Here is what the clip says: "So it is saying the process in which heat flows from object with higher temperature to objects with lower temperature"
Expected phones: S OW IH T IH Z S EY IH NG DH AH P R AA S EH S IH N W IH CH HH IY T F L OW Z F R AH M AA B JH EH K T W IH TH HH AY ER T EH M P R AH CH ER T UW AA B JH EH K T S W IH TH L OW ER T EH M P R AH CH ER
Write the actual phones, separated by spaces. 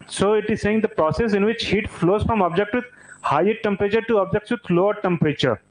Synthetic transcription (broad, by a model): S OW IH T IH Z S EY IH NG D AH P R AA S EH S IH N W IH CH HH IY T F L OW Z F R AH M AA B JH EH K T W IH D HH AY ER T EH M P R AH CH ER T UW AA B JH EH K T S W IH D L OW ER T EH M P R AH CH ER